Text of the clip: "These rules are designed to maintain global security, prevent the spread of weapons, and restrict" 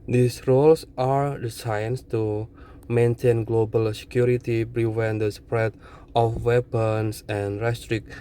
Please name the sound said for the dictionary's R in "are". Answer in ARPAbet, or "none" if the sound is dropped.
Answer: R